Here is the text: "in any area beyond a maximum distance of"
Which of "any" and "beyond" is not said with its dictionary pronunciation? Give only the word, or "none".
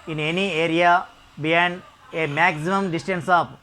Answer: beyond